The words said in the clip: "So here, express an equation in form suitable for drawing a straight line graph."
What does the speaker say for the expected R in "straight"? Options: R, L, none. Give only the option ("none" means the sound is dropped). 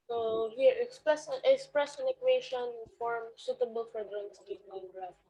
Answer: none